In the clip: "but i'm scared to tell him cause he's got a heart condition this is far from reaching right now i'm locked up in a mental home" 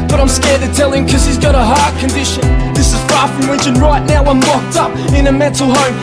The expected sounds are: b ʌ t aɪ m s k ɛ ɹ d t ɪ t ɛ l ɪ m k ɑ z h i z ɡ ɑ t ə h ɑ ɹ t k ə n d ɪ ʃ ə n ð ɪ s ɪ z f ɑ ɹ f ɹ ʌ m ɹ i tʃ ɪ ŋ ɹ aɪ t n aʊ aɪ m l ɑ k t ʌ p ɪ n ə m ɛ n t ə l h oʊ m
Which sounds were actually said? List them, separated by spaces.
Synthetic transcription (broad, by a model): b ʌ t aɪ m s k ɛ ɹ d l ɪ t ɛ l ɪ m k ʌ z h i z ɡ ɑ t ə h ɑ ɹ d k ə n d ɪ ʃ ə n ð ɪ s ɪ z f ɑ ɹ f ɹ ʌ m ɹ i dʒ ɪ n ɹ aɪ t n aʊ aɪ m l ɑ k t ʌ p ɪ n ə m ɛ n t l h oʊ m